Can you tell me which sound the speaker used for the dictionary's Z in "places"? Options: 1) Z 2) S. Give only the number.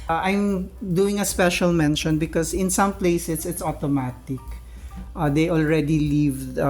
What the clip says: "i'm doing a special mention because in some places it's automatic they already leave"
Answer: 2